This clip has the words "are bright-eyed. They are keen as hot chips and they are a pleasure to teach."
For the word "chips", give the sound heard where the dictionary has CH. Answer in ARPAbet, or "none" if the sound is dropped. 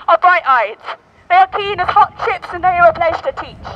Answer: SH